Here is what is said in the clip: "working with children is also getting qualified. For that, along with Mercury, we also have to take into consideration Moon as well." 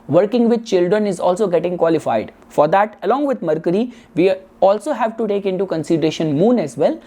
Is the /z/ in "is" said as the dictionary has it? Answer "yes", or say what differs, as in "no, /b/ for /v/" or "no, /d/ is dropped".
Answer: yes